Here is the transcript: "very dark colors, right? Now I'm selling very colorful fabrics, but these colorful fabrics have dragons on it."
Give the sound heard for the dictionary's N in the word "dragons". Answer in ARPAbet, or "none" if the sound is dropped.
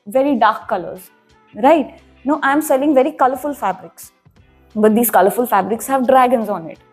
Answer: N